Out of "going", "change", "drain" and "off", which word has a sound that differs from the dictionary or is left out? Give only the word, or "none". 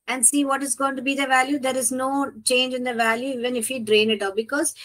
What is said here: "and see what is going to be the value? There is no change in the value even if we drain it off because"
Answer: off